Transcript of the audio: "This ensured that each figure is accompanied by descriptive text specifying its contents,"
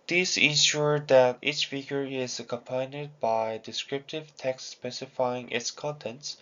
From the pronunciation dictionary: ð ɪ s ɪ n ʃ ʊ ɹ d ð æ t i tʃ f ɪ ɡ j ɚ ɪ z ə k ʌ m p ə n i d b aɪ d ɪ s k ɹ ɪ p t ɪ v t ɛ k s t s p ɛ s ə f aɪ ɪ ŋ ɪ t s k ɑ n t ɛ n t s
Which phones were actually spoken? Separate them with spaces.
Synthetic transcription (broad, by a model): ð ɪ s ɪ n ʃ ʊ ɹ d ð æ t i tʃ f ɪ ɡ j ɚ ɪ z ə k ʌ m p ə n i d b aɪ d ɪ s k ɹ ɪ p t ɪ v t ɛ k s t s p ɛ s ə f aɪ ɪ ŋ ɪ t s k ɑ n t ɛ n t s